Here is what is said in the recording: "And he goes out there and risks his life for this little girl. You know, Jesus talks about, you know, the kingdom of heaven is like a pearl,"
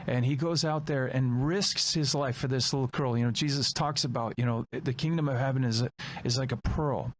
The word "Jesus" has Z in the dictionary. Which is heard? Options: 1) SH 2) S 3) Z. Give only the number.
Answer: 3